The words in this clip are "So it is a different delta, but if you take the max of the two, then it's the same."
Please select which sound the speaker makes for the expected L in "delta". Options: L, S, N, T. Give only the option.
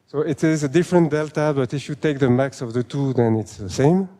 L